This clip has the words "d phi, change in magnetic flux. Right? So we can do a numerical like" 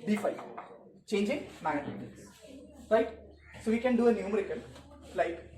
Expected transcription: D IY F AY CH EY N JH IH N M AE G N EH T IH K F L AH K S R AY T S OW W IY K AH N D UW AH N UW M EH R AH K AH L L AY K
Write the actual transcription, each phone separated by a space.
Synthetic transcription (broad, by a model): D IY F AY CH EY N JH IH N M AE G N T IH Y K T S OW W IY K AH N D UW AH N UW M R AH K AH N L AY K